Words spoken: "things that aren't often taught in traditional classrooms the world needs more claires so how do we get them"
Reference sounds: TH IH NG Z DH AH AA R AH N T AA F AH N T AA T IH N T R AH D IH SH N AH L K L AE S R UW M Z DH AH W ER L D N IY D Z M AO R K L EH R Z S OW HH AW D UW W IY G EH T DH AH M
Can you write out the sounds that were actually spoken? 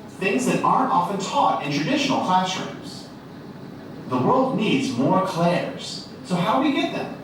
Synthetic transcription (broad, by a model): TH IH NG Z DH AH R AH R AA F AH N T AA T IH N T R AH D IH SH N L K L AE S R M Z DH AH W ER L D N IY D Z M AO R K L EH R Z S OW HH AW D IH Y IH G EH T DH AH M